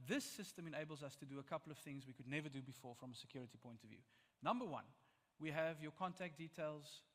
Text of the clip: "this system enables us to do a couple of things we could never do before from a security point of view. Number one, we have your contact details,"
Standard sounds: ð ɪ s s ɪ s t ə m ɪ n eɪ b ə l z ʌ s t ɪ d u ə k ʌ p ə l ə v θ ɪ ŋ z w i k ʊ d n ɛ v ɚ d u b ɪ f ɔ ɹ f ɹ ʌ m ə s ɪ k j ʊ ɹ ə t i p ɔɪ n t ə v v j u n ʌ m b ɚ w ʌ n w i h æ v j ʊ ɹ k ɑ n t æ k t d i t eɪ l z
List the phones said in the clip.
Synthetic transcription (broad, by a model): ð ɪ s s ɪ s t ə m ɪ n eɪ b ə l z ʌ s t ɪ d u ə k ʌ p ə l ə v θ ɪ ŋ z w i k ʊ d n ɛ v ɚ d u b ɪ f ɔ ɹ f ɹ ʌ m ə s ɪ k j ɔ ɹ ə t i p ɔɪ n t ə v v j u n ʌ m b ɚ w ʌ n w i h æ v j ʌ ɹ k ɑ n t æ k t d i t eɪ l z